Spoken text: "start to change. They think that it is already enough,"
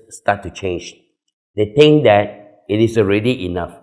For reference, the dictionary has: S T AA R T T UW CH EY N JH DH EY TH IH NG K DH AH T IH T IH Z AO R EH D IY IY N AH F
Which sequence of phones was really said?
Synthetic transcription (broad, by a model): S T AA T T UW CH EY N JH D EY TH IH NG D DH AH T IH T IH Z AO R EH D IY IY N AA F